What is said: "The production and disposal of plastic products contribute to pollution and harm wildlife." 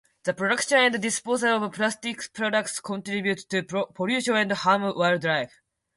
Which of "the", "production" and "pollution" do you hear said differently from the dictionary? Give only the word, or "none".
pollution